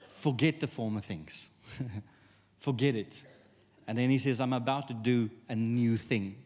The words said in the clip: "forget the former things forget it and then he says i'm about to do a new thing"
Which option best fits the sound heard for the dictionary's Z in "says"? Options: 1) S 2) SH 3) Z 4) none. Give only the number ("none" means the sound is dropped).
3